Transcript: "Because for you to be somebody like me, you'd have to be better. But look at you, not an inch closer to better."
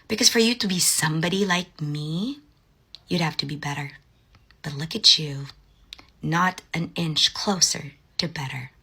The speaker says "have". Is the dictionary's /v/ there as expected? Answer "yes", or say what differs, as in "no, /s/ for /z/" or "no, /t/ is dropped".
no, /f/ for /v/